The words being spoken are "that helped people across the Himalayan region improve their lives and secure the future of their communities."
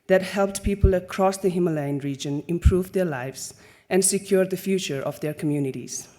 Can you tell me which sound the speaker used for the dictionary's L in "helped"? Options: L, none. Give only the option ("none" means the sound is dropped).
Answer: L